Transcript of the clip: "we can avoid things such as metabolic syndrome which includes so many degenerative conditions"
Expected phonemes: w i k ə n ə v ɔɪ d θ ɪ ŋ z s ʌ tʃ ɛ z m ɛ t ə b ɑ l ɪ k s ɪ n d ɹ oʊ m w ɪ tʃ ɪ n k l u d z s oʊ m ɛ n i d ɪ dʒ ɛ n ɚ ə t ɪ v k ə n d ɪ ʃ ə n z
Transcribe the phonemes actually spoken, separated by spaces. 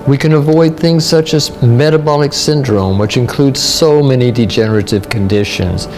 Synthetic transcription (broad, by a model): w i k ə n ə v ɔɪ d θ ɪ ŋ z s ʌ tʃ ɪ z m ɛ t ə b ɑ l ɪ k s ɪ n d ɹ oʊ m w ɪ tʃ ɪ n k l u d z s oʊ m ɛ n i d ɪ dʒ ɛ n ɚ ə t ɪ v k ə n d ɪ ʃ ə n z